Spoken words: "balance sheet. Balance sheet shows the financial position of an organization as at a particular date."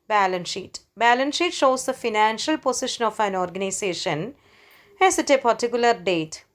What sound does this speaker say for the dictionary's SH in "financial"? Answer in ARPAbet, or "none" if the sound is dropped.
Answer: SH